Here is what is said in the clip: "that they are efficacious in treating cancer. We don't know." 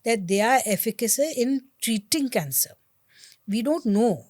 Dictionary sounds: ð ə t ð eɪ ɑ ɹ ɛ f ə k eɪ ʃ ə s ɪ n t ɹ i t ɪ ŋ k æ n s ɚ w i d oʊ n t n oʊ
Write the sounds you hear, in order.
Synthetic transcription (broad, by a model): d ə t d eɪ ɑ ɹ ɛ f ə k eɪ s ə ɪ n t ɹ i t ɪ ŋ k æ n s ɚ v i d oʊ n t n oʊ